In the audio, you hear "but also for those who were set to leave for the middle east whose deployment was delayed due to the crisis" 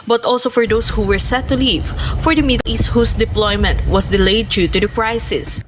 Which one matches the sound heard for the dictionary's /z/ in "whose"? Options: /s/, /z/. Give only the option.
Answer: /s/